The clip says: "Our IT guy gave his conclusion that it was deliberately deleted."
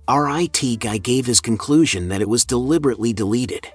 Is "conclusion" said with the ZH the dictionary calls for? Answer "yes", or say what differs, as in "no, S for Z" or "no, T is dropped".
yes